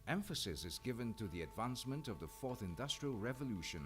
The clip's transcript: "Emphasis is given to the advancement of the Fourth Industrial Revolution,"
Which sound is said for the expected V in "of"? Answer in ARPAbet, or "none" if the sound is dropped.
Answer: V